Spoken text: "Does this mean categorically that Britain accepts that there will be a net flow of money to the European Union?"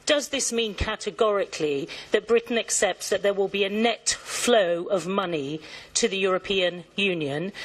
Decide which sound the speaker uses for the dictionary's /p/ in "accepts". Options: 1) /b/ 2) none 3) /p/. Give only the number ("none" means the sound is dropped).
3